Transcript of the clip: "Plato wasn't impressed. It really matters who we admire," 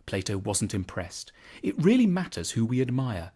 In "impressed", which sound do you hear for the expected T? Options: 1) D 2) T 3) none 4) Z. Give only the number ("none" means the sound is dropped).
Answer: 2